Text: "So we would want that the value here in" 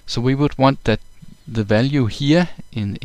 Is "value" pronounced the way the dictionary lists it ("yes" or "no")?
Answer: yes